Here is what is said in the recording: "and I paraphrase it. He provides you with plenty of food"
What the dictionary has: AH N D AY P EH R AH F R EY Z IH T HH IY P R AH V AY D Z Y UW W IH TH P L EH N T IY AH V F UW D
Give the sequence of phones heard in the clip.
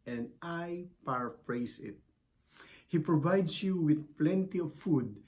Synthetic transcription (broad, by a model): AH N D AY P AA R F R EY S IH T HH IY P R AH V AY D S Y UW W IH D P L EH N T IY AH V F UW D